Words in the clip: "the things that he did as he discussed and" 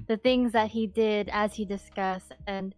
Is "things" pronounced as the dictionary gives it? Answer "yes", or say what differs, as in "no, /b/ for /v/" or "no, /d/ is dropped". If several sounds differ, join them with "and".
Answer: yes